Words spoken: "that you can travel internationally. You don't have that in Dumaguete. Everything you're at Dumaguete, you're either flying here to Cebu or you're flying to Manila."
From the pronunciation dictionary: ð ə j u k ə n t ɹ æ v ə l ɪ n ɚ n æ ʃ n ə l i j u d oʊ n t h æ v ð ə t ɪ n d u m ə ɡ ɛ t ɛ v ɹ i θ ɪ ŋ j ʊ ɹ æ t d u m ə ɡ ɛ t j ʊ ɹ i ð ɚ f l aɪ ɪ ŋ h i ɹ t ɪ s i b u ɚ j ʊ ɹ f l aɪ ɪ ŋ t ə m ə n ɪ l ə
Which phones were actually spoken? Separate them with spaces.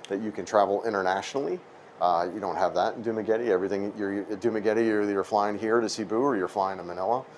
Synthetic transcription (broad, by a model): ð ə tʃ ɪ k ə n t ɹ æ v l ɪ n ɚ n æ ʃ n l i j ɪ d oʊ n t h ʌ v ð ə t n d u m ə ɡ ɛ t ɛ v ɹ i θ ɪ ŋ j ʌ ɹ d u m ə ɡ ɛ t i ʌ ɹ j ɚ f l aɪ ɪ ŋ h i ɹ t ɪ s i b u ɚ j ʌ ɹ f l aɪ ɪ ŋ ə m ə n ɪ l ə